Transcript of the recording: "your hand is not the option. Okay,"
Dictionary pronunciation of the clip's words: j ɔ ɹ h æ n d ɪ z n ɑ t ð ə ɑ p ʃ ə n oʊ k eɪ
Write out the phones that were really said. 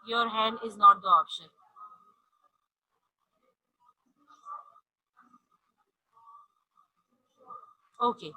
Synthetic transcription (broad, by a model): j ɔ ɹ h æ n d ɪ z n ɑ t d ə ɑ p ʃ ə oʊ k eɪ